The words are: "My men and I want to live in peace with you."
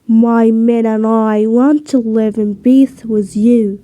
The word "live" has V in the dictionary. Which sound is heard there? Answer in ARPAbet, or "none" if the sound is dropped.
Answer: V